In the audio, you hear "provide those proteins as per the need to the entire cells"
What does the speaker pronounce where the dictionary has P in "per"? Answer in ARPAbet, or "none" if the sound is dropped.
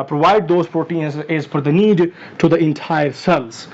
F